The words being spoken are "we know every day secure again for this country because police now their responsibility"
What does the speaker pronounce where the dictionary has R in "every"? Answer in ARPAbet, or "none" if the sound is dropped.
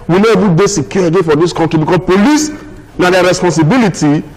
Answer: none